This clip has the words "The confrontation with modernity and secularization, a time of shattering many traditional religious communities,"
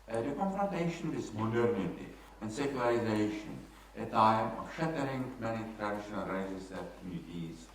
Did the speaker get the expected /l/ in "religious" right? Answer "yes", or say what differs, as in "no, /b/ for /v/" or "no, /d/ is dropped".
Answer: no, /l/ is dropped